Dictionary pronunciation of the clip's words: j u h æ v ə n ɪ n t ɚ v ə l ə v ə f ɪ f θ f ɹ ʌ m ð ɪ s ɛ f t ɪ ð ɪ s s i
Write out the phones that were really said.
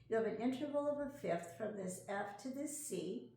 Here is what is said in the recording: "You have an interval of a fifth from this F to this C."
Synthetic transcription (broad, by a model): j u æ v ə n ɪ n t ɚ v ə l ə v ə f ɪ f θ f ɹ ʌ m ð ɪ s ɛ f t ɪ ð ɪ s s i